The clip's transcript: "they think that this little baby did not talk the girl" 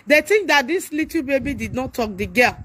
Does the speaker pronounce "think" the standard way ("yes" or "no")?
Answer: no